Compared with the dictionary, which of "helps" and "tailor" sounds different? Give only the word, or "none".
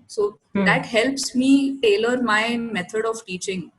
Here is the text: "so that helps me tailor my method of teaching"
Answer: none